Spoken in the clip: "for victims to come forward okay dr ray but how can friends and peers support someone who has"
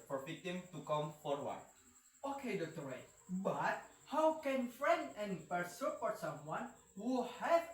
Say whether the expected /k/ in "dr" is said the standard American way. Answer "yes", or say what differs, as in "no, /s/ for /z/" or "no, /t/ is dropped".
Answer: no, /k/ is dropped